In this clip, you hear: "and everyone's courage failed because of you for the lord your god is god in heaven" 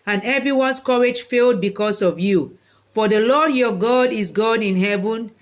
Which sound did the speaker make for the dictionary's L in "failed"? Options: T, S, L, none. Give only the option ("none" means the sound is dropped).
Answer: L